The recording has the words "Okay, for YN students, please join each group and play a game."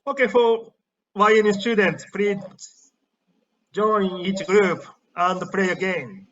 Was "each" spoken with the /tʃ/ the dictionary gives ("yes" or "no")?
yes